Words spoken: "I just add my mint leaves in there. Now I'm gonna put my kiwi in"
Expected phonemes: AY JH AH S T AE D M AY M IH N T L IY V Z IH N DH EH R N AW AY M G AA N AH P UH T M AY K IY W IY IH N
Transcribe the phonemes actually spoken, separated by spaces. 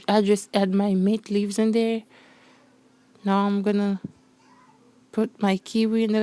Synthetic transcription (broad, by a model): AY JH AH S T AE D M AY M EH T L IY V Z IH N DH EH R N AW AY M G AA N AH P UH T M AY K IY W IY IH N